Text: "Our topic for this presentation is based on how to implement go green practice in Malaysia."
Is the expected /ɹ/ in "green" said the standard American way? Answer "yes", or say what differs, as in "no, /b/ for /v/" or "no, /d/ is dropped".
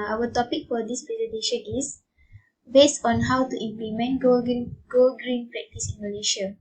yes